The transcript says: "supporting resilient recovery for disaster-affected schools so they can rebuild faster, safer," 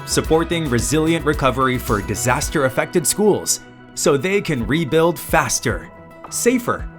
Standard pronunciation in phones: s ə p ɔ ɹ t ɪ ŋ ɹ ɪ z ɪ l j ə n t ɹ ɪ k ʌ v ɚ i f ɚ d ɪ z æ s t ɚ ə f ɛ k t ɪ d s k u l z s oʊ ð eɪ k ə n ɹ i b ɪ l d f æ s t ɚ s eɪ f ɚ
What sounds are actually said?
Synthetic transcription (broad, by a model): s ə p ɔ ɹ t ɪ ŋ ɹ ɪ z ɪ l j ə n t ɹ ɪ k ʌ v ɚ i f ɚ d ɪ z æ s t ɚ ə f ɛ k t ɪ d s k u l z s oʊ ð eɪ k ə n ɹ i b ɪ l d f æ s t ɚ s eɪ f ɚ